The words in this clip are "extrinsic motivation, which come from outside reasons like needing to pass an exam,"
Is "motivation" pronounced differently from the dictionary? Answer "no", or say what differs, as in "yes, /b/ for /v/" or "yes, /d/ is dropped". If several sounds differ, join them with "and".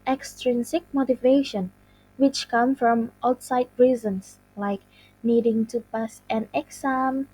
no